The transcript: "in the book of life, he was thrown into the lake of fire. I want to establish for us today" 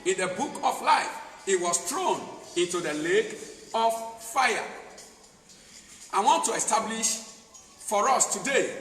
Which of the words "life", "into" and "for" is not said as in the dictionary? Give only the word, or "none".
none